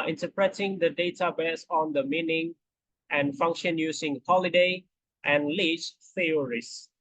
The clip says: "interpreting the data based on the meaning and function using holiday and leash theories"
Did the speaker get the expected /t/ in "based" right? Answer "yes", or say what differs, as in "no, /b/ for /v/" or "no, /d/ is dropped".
no, /t/ is dropped